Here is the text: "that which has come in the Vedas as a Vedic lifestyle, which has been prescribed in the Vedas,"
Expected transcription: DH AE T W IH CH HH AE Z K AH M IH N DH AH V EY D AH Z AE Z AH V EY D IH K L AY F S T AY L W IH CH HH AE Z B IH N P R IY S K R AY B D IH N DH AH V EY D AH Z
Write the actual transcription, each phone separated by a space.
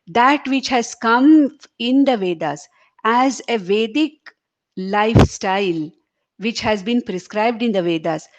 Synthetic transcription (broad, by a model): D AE T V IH CH HH AE Z K AH M IH N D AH V EY D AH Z AE Z AH V EY D IH K L AY F S T AY L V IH CH HH AE Z B IH N P R IY S K R AY B D IH N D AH V EY D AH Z